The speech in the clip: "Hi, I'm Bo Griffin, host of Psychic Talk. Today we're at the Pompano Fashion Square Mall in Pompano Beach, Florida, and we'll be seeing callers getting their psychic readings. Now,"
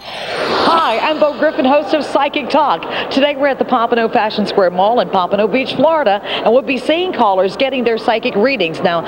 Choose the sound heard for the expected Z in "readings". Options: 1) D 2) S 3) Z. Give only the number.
3